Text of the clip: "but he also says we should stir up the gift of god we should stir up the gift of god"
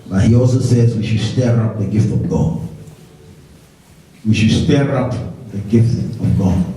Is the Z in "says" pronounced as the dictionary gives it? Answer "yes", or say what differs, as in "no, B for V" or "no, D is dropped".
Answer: yes